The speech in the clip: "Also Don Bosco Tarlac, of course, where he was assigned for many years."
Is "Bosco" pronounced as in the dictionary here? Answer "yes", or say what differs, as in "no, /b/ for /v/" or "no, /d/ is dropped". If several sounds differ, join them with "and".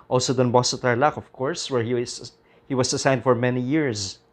no, /k/ is dropped